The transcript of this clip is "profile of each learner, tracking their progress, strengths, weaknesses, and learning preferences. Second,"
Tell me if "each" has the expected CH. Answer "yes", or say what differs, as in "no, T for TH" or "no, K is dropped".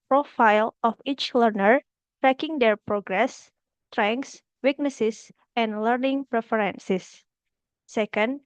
yes